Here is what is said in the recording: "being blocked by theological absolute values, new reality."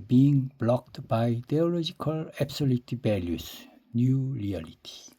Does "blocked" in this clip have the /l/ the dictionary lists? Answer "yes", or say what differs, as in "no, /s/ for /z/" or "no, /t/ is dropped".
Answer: yes